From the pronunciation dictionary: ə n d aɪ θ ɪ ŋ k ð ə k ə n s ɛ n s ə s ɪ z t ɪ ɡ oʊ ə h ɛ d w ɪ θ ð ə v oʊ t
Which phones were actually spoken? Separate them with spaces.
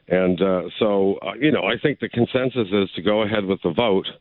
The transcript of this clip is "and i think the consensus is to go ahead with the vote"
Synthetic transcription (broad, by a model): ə n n aɪ θ ɪ ŋ k ð ə k ə n s ɛ n s ə s ɪ z t ɪ ɡ oʊ ə h ɛ d w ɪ ð ə v oʊ t